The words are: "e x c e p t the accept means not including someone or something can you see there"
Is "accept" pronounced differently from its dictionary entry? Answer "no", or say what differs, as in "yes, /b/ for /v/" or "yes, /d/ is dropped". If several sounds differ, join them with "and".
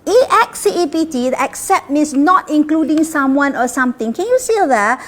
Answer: no